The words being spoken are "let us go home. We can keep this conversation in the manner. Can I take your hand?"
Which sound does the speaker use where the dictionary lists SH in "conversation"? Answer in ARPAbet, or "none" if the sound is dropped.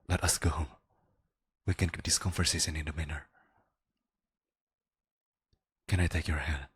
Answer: S